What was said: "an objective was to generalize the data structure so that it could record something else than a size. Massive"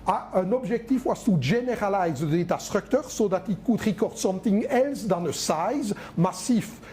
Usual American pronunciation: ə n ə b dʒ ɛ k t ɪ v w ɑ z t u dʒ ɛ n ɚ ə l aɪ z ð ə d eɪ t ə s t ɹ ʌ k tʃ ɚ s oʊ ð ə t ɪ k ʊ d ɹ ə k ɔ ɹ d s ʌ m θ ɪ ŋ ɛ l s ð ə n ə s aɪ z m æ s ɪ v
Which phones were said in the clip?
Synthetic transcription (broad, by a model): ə n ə b ʒ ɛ k t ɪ f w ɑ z t u ʒ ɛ n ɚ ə l aɪ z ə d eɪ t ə s t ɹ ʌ k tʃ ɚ s oʊ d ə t ɪ k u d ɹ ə k ɔ ɹ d s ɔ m t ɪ ŋ ɛ l s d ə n ə s aɪ z m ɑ s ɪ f